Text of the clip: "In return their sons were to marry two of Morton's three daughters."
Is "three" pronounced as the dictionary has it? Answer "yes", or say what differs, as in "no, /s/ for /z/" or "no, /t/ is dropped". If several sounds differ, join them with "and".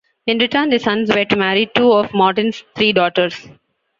no, /t/ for /θ/